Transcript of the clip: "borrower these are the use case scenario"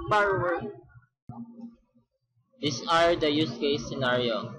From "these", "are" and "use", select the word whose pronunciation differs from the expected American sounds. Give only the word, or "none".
these